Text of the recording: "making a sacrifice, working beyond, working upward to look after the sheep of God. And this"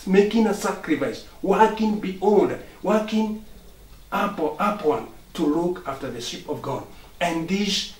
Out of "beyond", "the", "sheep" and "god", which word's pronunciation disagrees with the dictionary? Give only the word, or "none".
beyond